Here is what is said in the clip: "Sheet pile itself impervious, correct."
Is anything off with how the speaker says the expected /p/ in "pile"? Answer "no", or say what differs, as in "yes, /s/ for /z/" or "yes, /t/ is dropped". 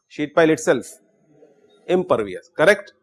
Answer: no